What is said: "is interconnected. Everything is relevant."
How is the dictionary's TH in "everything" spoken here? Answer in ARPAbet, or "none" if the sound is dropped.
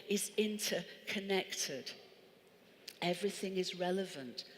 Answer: TH